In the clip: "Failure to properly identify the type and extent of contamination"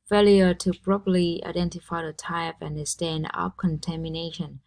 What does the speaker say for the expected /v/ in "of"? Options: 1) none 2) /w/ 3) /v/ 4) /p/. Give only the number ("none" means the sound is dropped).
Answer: 4